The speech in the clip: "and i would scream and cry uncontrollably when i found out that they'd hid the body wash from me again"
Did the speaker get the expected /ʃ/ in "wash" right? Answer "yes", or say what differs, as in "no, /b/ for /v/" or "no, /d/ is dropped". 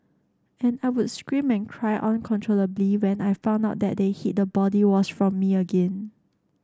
no, /s/ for /ʃ/